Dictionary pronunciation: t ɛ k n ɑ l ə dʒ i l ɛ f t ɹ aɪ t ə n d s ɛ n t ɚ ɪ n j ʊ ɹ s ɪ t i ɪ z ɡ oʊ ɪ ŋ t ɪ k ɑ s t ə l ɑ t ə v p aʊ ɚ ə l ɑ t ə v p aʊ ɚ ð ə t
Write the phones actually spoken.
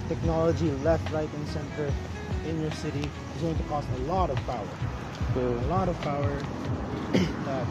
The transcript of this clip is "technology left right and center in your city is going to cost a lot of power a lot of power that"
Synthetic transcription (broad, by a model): t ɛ k n ɑ l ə dʒ i l ɛ f t ɹ aɪ t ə n s ɛ n t ɚ ɪ n j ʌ ɹ s ɪ t i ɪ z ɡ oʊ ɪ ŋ t ɪ k ɑ s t ə l ɑ t ə v p aʊ ɚ ə l ɑ t ə v p aʊ ɚ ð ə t